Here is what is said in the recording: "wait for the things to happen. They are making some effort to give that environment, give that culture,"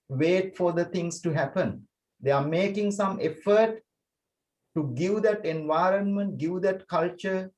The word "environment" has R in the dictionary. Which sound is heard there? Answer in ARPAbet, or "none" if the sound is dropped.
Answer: R